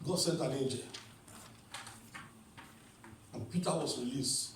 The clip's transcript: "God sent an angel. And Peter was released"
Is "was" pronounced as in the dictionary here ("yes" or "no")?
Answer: no